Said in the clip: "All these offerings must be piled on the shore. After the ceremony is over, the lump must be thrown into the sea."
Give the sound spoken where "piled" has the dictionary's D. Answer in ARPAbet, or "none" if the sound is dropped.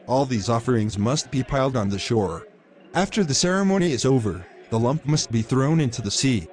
D